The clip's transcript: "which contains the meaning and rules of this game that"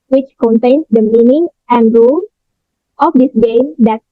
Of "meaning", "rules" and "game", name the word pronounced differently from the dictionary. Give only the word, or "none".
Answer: rules